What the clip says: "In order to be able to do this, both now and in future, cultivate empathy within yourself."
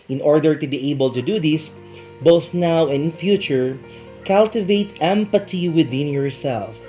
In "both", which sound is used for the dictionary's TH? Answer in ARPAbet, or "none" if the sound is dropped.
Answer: TH